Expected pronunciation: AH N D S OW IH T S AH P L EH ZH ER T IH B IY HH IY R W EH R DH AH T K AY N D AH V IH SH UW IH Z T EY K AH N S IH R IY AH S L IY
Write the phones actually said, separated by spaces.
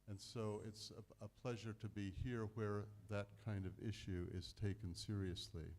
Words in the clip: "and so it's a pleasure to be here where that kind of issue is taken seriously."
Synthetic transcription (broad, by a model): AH N S OW IH T S AH P L EH ZH ER T IH B IY HH IY R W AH R DH AH T K AY N D AH V IH SH UW IH Z T EY K AH N S IH R IY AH S L IY